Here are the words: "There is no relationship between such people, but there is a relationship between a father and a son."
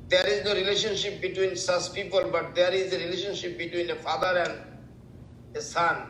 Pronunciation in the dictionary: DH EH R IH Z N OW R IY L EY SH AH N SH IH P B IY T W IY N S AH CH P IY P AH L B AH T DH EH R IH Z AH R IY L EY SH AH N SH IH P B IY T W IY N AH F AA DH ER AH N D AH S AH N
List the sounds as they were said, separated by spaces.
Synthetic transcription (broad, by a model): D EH R IH Z N OW R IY L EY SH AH N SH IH P B IY T W IY N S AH S P IY P AH L B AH T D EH R IH Z AH R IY L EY SH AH N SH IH P B IY T W IY N AH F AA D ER AH N D AH S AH N